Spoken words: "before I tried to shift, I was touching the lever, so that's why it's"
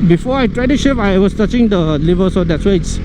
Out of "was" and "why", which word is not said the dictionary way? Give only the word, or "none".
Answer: was